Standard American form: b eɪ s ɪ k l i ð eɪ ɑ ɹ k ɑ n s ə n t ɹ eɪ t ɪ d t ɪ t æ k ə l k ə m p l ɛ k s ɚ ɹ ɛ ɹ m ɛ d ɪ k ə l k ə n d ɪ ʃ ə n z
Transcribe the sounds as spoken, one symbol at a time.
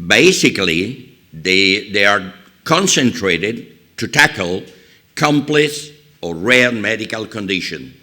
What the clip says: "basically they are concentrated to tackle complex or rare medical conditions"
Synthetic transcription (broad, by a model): b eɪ s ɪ k l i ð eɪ ɑ ɹ k ɑ n s ə n t ɹ eɪ t ɪ d t ɪ t æ k ə l k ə m p l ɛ s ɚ ɹ ɛ ɹ m ɛ d ɪ k ə l k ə n d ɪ ʃ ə n